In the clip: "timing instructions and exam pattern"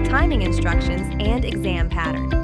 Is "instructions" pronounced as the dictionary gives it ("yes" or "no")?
yes